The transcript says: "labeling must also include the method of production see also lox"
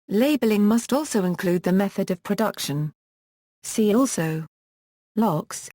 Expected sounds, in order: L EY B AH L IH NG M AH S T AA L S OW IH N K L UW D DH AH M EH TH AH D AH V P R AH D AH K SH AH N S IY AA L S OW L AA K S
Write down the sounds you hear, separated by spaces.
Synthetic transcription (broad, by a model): L EY B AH L IH NG M AH S T AA L S OW IH N K L UW D DH AH M EH TH AH D AH V P R AH D AH K SH AH N S IY AA L S OW L AA K S